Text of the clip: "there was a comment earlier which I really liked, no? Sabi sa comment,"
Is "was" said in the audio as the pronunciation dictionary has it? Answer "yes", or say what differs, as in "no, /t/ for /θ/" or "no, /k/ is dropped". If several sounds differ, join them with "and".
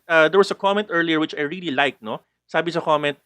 no, /s/ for /z/